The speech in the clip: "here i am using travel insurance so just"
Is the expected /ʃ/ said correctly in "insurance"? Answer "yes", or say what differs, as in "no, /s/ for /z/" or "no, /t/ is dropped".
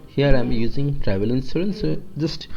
no, /s/ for /ʃ/